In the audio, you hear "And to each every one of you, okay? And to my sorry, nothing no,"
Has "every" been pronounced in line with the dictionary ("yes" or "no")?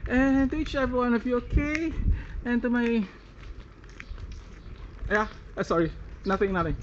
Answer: no